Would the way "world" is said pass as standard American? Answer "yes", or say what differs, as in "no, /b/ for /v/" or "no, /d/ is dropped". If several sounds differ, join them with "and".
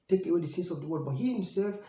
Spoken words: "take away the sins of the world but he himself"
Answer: no, /l/ is dropped